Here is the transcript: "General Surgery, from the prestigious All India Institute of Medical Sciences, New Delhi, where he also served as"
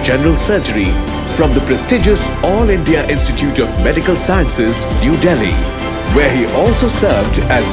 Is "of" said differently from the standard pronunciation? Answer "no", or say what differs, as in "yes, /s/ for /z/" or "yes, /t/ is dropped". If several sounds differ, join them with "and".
no